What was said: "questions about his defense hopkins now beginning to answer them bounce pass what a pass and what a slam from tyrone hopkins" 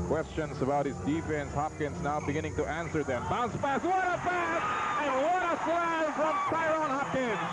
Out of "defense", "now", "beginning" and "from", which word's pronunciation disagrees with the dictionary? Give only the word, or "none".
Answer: none